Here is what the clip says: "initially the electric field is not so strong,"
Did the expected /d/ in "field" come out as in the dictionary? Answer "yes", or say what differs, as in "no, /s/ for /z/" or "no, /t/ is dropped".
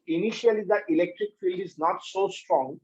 yes